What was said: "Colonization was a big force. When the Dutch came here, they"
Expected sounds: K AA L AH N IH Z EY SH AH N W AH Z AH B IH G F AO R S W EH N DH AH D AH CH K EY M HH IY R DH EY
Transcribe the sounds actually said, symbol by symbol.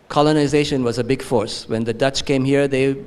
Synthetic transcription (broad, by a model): K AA L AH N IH Z EY SH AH N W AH Z AH B IH G F AO R S W EH N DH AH D AH CH K EY M HH IY R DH EY